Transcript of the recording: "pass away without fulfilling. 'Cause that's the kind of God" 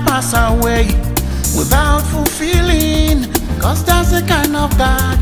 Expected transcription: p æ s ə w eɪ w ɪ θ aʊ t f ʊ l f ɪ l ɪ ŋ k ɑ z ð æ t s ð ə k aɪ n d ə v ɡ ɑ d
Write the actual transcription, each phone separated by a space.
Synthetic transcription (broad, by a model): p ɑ s ə w eɪ w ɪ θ aʊ t f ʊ l f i l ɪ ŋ k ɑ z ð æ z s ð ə k aɪ n d ə v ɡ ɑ